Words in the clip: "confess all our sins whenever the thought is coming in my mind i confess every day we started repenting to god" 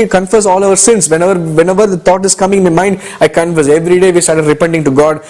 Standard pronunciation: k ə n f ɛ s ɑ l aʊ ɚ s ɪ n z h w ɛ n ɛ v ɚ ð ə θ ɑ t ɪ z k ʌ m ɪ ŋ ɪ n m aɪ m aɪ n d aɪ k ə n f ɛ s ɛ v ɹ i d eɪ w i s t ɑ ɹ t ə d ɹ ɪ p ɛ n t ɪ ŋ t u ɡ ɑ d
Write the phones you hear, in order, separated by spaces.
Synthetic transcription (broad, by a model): k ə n f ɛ s ɑ l aʊ ɚ s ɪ n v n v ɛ n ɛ v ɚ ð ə t ɑ t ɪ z k ʌ m ɪ ŋ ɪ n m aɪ m aɪ n d aɪ k ə n f ɛ s ɛ v ɹ i d eɪ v i s t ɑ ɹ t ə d ɹ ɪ p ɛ n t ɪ ŋ t u ɡ ɑ d